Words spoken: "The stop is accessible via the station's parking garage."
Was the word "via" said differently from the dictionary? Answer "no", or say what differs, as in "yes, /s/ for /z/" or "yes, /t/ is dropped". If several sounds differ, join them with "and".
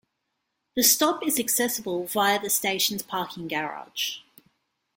no